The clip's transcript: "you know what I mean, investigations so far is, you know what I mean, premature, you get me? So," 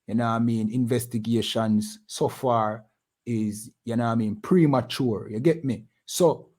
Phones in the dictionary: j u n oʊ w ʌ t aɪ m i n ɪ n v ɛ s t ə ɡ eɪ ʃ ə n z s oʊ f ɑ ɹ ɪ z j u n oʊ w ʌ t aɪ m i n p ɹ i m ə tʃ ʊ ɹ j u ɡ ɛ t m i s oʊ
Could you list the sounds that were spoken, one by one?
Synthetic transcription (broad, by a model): j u n oʊ aɪ m i n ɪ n v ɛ s t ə ɡ eɪ ʃ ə n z s oʊ f ɑ ɹ ɪ z j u n oʊ aɪ m i n p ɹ i m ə tʃ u ɹ j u ɡ ɛ t m i s oʊ